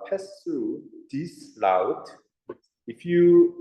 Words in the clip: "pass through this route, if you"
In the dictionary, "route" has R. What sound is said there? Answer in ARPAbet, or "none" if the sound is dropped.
L